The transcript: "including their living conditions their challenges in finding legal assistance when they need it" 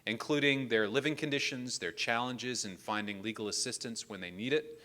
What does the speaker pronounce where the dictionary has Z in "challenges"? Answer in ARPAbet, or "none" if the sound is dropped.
Z